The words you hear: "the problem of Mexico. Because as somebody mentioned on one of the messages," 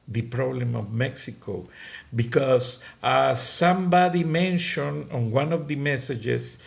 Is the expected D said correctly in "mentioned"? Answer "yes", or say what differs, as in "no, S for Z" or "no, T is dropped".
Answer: no, D is dropped